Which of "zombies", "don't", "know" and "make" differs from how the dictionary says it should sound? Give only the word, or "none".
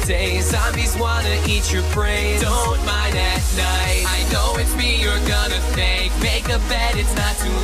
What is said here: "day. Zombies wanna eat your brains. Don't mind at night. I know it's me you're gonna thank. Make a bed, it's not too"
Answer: zombies